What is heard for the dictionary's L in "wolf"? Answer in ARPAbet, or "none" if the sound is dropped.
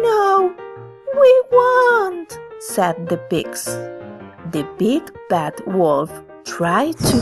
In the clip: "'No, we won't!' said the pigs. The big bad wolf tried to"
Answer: L